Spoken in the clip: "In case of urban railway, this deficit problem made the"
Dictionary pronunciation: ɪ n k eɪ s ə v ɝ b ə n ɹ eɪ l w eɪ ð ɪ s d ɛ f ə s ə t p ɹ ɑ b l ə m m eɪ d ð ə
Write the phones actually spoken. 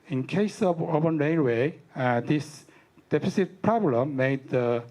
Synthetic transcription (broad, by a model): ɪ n k eɪ s ə v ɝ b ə n ɹ eɪ n w eɪ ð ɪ s d ɛ f ə s ə t p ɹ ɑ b l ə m m eɪ d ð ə